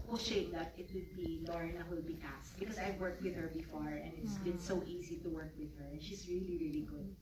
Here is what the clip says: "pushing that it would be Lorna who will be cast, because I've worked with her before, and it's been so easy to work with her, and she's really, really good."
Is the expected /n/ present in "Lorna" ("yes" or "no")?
no